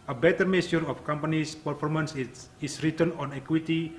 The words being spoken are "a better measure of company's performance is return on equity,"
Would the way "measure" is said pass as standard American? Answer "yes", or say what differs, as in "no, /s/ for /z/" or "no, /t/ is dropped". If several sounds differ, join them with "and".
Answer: no, /s/ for /ʒ/